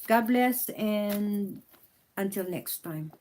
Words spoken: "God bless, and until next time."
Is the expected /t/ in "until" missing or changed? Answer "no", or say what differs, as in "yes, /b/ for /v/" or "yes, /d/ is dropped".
no